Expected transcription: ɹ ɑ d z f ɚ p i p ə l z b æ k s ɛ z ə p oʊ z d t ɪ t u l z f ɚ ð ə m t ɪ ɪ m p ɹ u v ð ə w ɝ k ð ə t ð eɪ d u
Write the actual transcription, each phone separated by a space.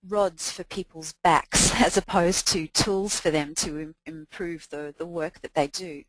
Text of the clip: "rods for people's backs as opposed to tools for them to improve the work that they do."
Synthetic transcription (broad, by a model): ɹ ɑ d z f ɚ p i p ə l z b æ k s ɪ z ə p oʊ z t ɪ t u l z f ɚ ð ə m t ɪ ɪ m p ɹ u v ð ə w ɝ k ð ə t ð eɪ d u